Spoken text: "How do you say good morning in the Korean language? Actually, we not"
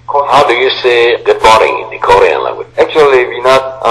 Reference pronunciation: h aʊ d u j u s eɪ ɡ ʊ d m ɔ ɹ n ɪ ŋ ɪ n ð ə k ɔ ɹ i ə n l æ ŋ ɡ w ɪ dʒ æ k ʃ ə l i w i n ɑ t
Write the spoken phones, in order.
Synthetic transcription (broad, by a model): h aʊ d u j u s eɪ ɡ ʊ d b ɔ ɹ ɪ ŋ ɪ n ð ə k ɔ ɹ i ə n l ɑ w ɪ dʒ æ k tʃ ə l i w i n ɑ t